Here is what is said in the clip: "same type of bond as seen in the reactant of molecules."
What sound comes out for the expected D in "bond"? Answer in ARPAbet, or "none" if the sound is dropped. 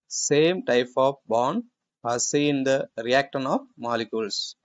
none